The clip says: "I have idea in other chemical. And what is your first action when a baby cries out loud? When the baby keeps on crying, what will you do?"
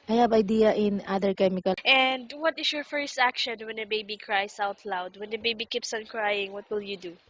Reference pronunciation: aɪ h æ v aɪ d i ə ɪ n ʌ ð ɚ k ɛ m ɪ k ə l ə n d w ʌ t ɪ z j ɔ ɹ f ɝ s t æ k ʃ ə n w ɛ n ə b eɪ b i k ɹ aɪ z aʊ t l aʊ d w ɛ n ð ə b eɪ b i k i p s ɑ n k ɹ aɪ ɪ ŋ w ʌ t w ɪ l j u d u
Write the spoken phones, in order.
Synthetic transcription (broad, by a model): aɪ h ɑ b aɪ d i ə ɪ n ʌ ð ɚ k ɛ m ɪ k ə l ə n d w ʌ t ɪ s j ɔ ɹ f ɝ s t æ k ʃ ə n w ɛ n ə b eɪ b i k ɹ aɪ s aʊ t l aʊ d w ɛ n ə b eɪ b i k i p s ɑ n k ɹ aɪ ɪ ŋ w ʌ t w ɪ l j u d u